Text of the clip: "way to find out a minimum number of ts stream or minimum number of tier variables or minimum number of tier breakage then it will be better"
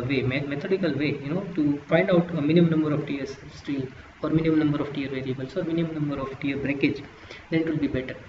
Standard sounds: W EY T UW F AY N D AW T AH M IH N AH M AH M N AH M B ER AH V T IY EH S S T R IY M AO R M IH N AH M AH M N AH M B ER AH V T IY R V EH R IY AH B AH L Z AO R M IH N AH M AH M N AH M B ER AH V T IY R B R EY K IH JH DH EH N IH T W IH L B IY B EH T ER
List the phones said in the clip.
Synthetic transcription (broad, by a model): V EY T UW F AY N D AW T AH M IH N AH M AH M N AH M B ER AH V T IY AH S S T IY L AO R M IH N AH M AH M N AH M B ER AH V T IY R V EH R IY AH B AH L S AO R M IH N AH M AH M N AH M B ER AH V T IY R B R EY K IH JH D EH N IH T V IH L B IY B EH T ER